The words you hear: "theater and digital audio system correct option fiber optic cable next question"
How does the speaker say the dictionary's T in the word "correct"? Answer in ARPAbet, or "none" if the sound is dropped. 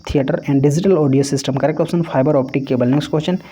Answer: none